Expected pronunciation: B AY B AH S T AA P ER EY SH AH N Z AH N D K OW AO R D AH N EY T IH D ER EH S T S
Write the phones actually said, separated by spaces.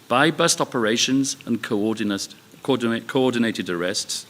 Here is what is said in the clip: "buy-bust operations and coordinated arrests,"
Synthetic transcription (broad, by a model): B AY B AH S T AA P ER EY SH AH N Z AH N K K OW AO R D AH N EY T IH D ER EH S T S